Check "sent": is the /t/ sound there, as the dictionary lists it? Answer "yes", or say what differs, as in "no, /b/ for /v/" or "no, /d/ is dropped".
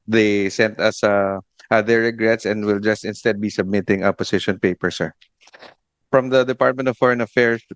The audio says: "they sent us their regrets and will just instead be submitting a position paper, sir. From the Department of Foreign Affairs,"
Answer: yes